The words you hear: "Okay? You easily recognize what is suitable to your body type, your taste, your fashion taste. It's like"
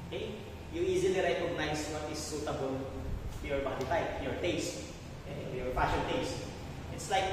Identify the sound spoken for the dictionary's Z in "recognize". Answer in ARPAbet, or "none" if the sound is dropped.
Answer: S